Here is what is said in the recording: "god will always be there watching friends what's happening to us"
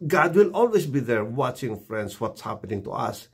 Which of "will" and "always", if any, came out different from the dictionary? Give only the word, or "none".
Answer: always